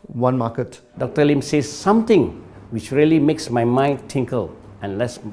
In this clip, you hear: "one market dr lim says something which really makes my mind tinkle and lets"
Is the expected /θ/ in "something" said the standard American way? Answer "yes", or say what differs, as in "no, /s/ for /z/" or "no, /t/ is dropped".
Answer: no, /t/ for /θ/